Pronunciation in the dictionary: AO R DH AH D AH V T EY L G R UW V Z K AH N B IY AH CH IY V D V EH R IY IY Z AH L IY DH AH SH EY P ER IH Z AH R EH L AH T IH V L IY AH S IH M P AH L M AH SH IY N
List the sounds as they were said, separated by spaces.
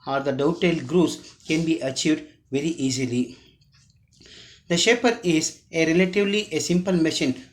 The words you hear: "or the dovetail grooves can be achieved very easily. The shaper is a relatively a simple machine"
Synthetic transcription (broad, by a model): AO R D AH D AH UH T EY L G R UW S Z K AH N B IY AH CH IY V D V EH R IY IY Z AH L IY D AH SH EY P ER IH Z AH R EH L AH T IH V L IY AH S IH M P AH L M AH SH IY N